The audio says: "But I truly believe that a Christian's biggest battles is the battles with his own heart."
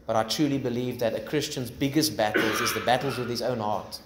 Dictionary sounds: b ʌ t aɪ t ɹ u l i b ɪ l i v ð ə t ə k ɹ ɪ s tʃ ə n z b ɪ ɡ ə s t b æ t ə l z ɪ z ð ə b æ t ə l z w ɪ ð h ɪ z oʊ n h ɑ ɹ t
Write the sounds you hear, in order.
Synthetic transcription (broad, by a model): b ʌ t aɪ t ɹ u l i b ɪ l i v ð ə t ə k ɹ ɪ s tʃ ə n z b ɪ ɡ ə s t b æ t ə l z ɪ z ð ə b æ t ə l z w ɪ ð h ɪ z oʊ n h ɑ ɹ t